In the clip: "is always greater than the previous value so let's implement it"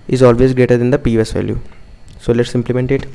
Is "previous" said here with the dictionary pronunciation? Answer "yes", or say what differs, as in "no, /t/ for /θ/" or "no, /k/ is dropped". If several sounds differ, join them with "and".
no, /ɹ/ is dropped